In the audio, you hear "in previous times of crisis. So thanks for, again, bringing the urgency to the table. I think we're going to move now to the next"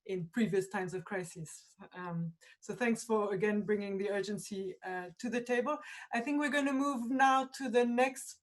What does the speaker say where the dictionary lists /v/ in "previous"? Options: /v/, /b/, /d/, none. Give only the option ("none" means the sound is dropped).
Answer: /v/